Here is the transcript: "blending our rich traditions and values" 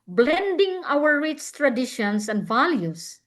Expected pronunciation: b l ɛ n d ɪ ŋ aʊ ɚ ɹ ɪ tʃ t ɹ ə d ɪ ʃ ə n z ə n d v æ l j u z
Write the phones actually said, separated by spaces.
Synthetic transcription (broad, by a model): b l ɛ n d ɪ ŋ aʊ ɚ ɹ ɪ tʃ t ɹ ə d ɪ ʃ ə n s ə n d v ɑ l j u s